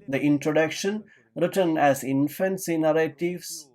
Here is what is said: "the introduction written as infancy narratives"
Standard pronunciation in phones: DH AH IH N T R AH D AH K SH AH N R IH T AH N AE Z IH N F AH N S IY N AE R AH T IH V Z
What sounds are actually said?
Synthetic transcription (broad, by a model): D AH IH N T R AH D AH K SH AH N R IH T AH N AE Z IH N F AH N S IY N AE R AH T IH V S